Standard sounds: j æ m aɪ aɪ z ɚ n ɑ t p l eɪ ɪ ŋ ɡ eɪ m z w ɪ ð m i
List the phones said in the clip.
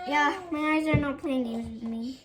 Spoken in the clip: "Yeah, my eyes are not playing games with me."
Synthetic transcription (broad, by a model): j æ m aɪ aɪ z ɚ n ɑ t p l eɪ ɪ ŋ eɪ z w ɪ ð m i